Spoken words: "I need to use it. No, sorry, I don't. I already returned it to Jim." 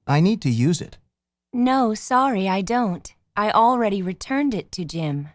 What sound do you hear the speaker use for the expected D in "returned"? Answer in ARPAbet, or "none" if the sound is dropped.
D